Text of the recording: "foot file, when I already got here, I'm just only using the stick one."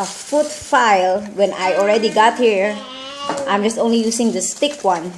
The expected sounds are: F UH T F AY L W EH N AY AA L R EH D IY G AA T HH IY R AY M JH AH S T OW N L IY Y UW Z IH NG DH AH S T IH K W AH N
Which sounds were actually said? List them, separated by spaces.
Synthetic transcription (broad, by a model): F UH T F AY L W EH N AY AA L R EH D IY G AA T HH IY R AY M JH AH S T OW N L IY Y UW S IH NG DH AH S T IH K W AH N